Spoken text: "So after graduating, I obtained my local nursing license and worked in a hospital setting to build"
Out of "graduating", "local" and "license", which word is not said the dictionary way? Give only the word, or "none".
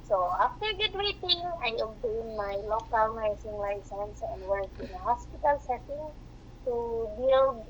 graduating